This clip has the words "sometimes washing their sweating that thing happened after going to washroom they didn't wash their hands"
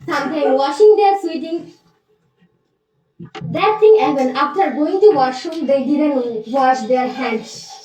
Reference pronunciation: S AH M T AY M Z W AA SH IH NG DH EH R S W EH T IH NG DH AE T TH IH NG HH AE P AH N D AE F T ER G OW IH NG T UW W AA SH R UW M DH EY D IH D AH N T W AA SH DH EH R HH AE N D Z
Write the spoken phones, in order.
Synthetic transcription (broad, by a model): S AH M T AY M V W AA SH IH NG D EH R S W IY T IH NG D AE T T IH NG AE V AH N AE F T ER G OW IH NG T UW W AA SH UW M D EY D IH D AH N T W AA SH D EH R HH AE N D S